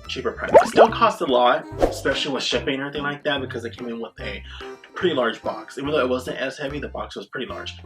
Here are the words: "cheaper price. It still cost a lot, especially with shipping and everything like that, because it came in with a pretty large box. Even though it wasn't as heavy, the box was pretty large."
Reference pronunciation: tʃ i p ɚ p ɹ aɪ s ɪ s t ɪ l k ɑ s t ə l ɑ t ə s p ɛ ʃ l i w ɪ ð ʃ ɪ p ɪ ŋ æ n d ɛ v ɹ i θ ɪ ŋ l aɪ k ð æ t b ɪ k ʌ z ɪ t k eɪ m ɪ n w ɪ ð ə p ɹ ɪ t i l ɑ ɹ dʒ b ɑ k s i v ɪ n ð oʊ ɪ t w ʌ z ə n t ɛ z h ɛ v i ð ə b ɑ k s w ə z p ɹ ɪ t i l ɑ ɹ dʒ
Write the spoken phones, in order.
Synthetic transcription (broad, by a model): tʃ i p ɚ p ɹ aɪ s ɪ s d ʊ n k ɑ s t ə l ɑ t ə s p ɛ ʃ l i w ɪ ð ʃ ɪ p ɪ ŋ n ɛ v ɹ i θ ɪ ŋ l aɪ k ð æ t b ɪ k ʌ z ɪ t k eɪ m ɪ n w ɪ ð ə p ɹ ɪ t i l ɑ ɹ dʒ b ɑ k s i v n ð oʊ ɪ t w ʌ z ə n t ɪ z h ɛ v i ð ə b ɑ k s w ə z p ɹ ɪ t i l ɑ ɹ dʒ